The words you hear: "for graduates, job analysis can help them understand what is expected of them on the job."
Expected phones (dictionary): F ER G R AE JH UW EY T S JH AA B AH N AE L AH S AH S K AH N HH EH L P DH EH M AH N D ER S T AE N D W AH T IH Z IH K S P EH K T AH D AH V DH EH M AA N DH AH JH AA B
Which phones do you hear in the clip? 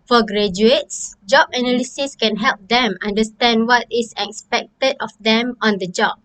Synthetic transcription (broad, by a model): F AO G R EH JH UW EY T S JH AA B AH N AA L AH S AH S K AH N HH EH L P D EH M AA N D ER S T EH N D W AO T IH S IH K S P EH K T AH D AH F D EH M AA N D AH JH AA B